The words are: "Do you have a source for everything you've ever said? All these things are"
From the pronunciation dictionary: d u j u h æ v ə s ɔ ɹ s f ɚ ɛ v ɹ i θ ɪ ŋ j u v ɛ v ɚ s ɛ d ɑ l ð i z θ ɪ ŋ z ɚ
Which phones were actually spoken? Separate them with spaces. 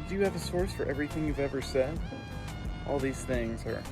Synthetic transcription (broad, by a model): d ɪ j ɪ v ə s ɔ ɹ s f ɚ ɛ v ɹ i θ ɪ ŋ j u v ɛ v ɚ s ɛ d ɑ l ð i z θ ɪ ŋ z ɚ